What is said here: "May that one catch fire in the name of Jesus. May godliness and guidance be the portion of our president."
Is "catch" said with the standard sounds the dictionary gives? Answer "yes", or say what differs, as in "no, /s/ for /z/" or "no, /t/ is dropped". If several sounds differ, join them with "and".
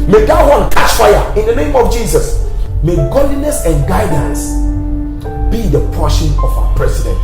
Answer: no, /ʃ/ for /tʃ/